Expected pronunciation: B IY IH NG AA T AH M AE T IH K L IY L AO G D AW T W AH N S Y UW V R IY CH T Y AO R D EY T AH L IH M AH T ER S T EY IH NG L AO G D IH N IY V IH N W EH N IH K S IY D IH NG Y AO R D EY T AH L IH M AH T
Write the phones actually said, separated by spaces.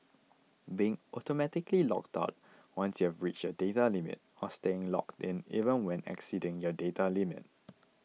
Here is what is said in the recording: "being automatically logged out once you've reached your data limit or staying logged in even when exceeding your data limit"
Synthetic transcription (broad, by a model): B IY IH NG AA T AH M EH T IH K L IY L AO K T AW T W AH N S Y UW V R IY CH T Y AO D EY T AH L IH M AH T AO S T EY IH NG L AO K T IH N IY V IH N W EH N IH K S IY D IH NG Y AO D EY T AH L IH M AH T